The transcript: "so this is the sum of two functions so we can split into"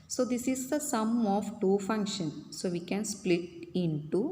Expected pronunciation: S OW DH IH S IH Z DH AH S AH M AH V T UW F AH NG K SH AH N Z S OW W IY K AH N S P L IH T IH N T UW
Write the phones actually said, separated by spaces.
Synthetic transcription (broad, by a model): S OW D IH S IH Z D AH S AH M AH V T UW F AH NG K SH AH N S OW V IY K AH N S P L IH T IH N T UW